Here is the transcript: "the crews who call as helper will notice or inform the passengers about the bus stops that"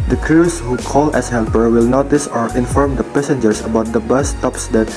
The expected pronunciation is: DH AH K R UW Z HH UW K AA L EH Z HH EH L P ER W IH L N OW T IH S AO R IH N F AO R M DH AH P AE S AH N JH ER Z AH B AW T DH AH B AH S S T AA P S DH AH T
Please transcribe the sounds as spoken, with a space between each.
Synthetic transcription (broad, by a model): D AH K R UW S HH UW K AA L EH S HH EH L P ER W IH L N OW T IH S AO R IH N F AO R M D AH P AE S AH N JH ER S AH B AW T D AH B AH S S T AA P S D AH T